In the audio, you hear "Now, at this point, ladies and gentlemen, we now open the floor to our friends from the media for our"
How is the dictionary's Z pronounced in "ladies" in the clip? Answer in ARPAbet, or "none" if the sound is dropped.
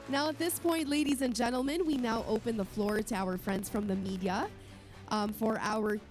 Z